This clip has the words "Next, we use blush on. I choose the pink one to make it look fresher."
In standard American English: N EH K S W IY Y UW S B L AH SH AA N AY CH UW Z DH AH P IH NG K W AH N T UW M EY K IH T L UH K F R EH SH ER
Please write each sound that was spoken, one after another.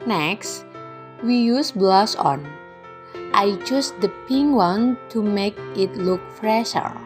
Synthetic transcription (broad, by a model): N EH K S W IY Y UW S B L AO S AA N AY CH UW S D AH P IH NG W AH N T UW M EY K IH T L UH K F R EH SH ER